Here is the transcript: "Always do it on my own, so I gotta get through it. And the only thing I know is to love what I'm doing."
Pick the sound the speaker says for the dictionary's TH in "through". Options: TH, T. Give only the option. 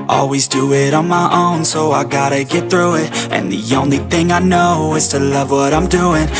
TH